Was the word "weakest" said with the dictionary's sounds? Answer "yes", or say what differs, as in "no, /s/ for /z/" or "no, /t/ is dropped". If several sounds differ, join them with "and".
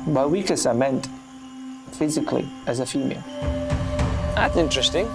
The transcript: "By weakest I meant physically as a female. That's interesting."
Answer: no, /t/ is dropped